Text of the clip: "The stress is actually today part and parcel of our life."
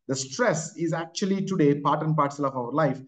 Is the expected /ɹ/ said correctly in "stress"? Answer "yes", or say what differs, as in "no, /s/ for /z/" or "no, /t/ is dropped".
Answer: yes